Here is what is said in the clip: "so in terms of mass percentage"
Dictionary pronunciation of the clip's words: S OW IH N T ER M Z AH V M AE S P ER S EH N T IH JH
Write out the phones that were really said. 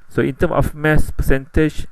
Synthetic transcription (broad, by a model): S OW IH N T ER M AH F M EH S P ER S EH N T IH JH